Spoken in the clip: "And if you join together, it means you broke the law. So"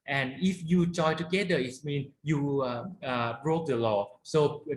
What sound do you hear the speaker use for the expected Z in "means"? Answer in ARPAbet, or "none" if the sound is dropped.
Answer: none